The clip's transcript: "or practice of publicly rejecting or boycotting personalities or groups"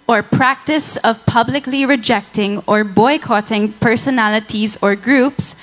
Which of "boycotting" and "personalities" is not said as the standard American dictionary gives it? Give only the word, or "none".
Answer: none